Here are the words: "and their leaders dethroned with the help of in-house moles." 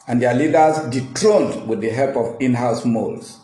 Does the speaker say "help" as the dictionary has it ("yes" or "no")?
yes